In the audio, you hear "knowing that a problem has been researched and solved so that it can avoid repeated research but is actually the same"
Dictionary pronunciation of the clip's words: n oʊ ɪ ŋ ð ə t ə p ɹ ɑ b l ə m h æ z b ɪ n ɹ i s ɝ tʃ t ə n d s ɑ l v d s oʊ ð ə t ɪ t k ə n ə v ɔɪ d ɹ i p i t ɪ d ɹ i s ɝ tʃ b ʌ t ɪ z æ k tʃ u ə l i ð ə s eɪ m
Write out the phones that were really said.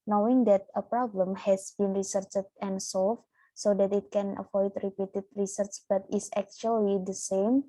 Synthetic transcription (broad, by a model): n oʊ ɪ ŋ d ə t ə p ɹ ɑ b l ə m h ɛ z b ɪ n ɹ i s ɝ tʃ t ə n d s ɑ l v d s oʊ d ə t ɪ t k ə n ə f ɔɪ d ɹ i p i t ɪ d ɹ i s ɝ tʃ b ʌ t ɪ s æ k tʃ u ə l i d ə s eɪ m